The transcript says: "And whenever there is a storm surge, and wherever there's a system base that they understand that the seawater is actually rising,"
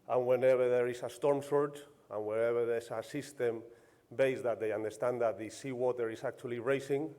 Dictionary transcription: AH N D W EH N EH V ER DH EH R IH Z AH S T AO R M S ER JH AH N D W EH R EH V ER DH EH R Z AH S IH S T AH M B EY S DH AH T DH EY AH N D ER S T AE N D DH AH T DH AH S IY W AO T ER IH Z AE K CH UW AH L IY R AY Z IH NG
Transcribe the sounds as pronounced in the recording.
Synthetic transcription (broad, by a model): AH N W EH N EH B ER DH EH R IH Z AH S T AO R M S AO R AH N W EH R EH B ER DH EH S AH S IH S T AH M B EY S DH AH T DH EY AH N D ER S T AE N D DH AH T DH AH S IY W AO T ER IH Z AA K CH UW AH L IY R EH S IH NG